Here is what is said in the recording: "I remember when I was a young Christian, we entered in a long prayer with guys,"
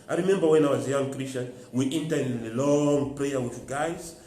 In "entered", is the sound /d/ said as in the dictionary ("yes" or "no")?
no